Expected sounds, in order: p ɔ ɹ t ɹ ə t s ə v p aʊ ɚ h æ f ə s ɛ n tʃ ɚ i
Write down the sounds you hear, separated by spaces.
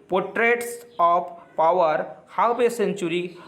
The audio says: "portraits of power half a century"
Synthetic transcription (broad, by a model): p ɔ ɹ t ɹ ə t s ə p p aʊ ɚ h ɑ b ə s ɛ n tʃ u i